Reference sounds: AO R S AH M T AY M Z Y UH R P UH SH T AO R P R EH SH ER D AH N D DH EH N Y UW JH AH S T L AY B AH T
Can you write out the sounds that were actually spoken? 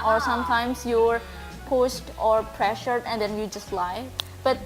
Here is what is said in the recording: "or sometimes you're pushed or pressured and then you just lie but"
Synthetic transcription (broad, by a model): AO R S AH M T AY M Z Y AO R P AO S T AO R P R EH SH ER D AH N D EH N Y UW JH AH S T L AY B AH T